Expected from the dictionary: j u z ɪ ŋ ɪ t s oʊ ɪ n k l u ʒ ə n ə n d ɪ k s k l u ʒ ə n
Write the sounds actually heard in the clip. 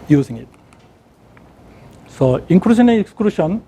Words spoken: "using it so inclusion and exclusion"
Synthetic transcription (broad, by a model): j u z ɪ ŋ ɪ t s oʊ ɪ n k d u ʃ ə n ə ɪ k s k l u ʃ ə n